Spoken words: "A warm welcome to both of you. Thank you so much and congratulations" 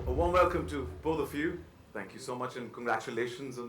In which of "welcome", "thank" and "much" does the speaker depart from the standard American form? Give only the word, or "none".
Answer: none